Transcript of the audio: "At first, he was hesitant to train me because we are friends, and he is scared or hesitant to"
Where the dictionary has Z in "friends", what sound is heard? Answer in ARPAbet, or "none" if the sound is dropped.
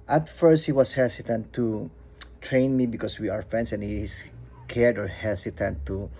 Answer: S